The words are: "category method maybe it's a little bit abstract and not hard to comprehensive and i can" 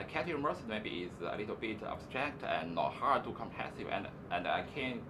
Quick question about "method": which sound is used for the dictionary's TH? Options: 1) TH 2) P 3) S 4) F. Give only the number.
3